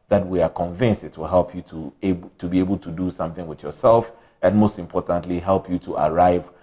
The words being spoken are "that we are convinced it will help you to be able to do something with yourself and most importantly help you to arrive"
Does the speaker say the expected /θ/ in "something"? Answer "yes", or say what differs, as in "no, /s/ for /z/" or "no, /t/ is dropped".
yes